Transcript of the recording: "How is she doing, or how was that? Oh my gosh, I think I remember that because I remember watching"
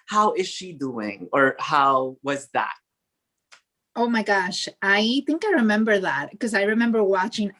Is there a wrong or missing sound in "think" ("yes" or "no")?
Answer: no